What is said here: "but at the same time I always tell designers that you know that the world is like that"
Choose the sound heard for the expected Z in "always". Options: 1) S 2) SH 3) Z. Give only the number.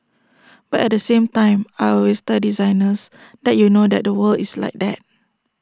1